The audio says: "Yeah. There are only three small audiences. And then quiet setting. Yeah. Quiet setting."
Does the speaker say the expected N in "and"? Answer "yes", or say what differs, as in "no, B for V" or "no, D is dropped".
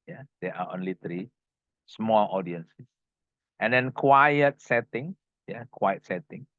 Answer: yes